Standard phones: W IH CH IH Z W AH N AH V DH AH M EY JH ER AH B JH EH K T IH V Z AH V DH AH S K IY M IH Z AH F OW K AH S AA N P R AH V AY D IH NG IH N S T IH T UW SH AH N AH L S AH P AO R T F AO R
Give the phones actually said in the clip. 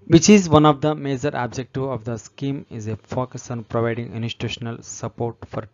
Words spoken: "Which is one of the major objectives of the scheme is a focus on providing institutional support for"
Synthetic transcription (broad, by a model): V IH CH IH Z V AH N AH V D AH M EY JH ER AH B JH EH K T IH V AH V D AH S K IY M IH Z AH F OW K AH S AA N P R AH V AY D IH NG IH N S T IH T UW SH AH N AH L S AH P AO R T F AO R